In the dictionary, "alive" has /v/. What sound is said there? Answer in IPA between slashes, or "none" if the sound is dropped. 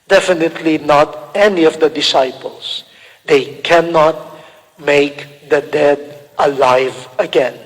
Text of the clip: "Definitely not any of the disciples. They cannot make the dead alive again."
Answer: /v/